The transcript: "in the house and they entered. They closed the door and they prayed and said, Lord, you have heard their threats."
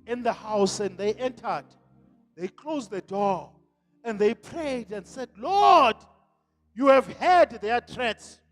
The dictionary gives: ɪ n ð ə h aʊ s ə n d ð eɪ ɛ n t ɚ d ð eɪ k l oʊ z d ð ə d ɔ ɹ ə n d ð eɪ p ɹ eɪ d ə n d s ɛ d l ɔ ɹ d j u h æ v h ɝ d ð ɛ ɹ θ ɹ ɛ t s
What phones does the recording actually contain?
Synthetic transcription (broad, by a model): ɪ n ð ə h aʊ s ə n d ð eɪ ɛ n t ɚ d ð eɪ k l oʊ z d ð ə d ɔ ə n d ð eɪ p ɹ eɪ d ə n d s ɛ d l ɔ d j u h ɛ v h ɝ d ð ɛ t ɹ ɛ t s